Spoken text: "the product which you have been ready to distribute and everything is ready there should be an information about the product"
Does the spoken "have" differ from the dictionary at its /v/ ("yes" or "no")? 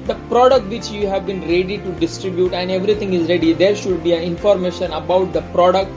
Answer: no